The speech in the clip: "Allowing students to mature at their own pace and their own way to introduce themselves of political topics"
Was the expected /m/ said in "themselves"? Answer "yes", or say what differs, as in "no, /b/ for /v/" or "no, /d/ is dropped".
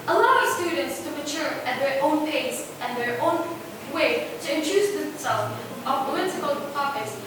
no, /m/ is dropped